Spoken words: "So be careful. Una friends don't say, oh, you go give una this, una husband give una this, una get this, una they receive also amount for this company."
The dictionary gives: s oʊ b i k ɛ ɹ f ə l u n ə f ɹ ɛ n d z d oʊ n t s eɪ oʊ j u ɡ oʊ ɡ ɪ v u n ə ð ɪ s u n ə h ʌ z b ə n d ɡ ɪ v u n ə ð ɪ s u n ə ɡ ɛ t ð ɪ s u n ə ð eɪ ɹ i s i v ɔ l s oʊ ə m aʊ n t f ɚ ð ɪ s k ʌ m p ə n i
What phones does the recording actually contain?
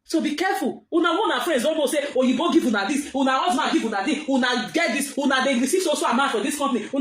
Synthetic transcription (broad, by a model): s oʊ b i k ɛ f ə l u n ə f ɹ ɛ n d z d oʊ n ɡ s eɪ oʊ j u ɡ oʊ ɡ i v u n ə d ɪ s u n ə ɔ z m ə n ɡ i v u n ə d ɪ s u n ə ɡ ɛ t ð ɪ s u n ə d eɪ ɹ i s i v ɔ s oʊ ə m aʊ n f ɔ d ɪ s k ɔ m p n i